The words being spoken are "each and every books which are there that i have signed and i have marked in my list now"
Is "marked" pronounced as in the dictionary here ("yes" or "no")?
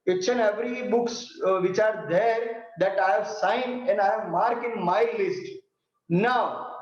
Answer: no